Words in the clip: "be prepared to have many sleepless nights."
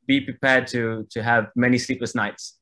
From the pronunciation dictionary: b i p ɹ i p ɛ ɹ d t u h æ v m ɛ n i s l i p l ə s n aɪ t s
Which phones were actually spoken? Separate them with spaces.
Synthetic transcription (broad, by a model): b i p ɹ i p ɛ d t t u h æ v m ɛ n i s l i p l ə s n aɪ t s